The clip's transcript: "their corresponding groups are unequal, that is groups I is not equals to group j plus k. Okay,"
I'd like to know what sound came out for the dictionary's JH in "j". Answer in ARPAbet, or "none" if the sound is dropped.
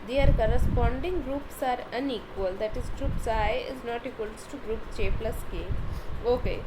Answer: CH